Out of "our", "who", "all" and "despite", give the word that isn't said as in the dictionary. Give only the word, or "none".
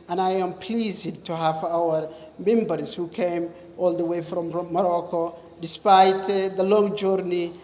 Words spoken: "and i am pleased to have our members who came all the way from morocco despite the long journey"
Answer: none